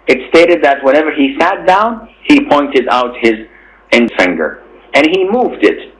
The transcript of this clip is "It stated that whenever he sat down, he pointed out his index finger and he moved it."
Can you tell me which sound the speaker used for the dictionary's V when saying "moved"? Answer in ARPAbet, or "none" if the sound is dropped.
V